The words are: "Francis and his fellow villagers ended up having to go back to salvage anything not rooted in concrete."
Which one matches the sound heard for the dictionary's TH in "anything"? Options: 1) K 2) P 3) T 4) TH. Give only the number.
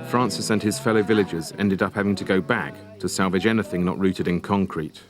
4